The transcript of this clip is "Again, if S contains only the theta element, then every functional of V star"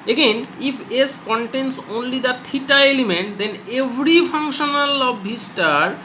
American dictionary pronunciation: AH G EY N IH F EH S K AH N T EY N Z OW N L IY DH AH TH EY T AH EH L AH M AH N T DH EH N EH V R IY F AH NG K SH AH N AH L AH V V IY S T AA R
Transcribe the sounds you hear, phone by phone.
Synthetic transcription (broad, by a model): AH G EY N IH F EH S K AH N T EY N S OW N L IY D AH T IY T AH EH L AH M AH N T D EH N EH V R IY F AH NG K SH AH N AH L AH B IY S T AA R